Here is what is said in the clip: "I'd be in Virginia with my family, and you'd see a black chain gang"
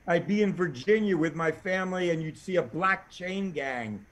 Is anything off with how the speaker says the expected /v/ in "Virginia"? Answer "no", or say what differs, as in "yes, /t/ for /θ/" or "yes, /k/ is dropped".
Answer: no